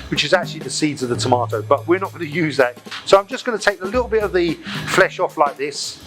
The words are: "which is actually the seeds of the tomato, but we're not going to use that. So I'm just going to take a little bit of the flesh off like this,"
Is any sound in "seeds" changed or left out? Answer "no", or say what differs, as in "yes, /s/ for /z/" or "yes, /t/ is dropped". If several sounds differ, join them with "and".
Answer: no